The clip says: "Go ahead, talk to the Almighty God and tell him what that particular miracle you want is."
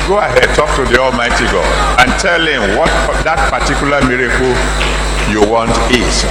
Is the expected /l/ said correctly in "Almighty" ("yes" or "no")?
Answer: yes